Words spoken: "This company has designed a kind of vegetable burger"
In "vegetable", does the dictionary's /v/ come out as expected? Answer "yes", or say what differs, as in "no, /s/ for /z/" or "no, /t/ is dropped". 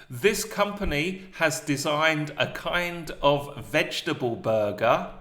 yes